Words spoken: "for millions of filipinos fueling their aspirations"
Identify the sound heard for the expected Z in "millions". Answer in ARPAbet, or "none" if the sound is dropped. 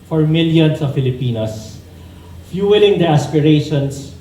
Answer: S